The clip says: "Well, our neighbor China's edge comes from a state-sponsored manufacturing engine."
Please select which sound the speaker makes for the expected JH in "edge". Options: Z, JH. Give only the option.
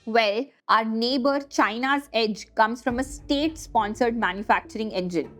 JH